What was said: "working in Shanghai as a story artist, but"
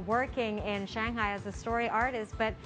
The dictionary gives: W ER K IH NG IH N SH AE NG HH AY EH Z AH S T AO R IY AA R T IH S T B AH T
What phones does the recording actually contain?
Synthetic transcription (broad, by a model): W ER K IH NG IH N SH AE NG HH AY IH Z AH S T AO R IY AA R T IH S T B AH T